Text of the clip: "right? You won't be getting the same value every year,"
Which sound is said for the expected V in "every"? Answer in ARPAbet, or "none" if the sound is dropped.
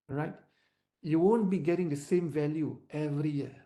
V